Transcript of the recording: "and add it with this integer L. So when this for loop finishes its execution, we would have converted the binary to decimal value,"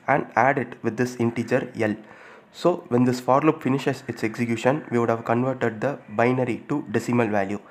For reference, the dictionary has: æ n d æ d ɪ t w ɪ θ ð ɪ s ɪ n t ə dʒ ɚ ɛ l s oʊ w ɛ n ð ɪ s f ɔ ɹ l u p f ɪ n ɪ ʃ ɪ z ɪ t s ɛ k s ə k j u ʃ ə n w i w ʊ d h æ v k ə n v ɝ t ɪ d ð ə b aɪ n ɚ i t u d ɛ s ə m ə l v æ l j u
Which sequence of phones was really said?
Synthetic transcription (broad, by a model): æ n d æ d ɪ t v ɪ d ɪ s ɪ n t ə dʒ ɚ ɛ l s oʊ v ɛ n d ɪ s f ɔ ɹ l u p f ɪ n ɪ ʃ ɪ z ɪ t s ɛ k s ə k j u ʃ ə n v i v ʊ d h æ v k ə n v ɝ t ɪ d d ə b aɪ n ɚ i t u d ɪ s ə m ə l v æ l j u